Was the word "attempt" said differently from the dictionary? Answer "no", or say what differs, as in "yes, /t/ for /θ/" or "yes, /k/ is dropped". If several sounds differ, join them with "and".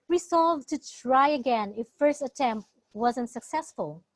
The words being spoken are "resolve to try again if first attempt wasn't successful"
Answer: no